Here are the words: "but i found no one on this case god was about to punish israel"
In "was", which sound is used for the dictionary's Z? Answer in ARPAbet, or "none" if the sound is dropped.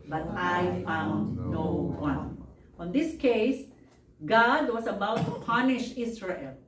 S